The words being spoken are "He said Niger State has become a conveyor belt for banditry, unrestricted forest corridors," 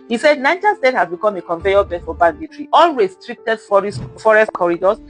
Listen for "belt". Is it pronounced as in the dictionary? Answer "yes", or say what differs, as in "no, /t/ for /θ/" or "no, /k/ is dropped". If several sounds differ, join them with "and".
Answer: no, /l/ is dropped